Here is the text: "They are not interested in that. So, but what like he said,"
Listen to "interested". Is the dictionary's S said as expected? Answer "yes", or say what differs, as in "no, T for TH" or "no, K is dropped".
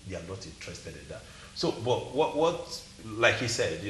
yes